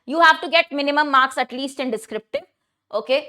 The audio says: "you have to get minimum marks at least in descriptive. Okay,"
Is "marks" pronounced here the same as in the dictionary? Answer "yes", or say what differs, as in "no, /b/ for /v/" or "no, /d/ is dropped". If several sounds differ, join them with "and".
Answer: yes